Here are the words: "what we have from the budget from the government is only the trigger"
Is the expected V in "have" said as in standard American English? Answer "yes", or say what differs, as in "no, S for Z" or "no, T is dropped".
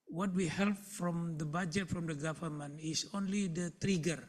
no, P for V